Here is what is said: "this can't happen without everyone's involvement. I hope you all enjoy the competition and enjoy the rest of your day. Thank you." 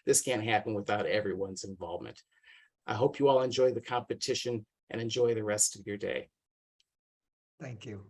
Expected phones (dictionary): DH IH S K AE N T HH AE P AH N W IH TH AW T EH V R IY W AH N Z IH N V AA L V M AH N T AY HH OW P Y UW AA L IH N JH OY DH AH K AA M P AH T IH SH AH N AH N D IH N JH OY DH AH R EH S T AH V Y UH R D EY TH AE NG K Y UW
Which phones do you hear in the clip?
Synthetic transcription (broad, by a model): DH IH S K AE N T HH AE P AH N W IH TH AW T EH V R IY W AH N Z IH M V AA L V M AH N T AY HH OW P Y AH AA L IH N JH OY DH AH K AA M P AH T IH SH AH N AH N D IH N JH OY DH AH R EH S T AH V Y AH R D EY TH AE NG K Y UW